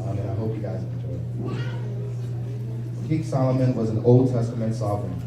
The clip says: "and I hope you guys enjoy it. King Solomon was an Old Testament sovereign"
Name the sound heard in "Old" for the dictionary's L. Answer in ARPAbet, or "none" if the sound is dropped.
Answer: L